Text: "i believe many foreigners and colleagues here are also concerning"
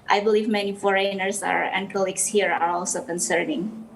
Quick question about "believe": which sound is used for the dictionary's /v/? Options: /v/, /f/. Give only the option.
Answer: /v/